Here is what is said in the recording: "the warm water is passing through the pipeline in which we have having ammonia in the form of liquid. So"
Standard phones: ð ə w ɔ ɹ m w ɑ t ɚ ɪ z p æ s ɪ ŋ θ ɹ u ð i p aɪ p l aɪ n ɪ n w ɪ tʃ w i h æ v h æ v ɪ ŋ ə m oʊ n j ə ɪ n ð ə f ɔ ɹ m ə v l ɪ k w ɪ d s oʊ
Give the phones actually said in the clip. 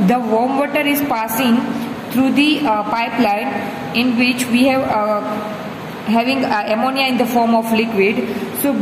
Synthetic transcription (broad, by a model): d ə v ɔ ɹ m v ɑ t ɚ ɪ z p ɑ s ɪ ŋ t ɹ u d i p aɪ p l aɪ n ɪ n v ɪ tʃ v i h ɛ v h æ v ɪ ŋ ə m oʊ n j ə ɪ n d ə f ɔ ɹ m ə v l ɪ k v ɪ d s oʊ